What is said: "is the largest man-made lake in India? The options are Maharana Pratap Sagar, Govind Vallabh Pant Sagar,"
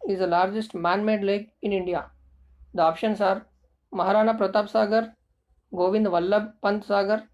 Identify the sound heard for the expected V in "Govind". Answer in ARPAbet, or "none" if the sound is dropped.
V